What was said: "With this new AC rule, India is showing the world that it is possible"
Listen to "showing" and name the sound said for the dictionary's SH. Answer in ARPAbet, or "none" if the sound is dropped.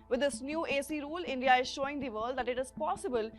SH